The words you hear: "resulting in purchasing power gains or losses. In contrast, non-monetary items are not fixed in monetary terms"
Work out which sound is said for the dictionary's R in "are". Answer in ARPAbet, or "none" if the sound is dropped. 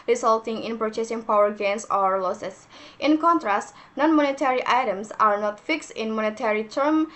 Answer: R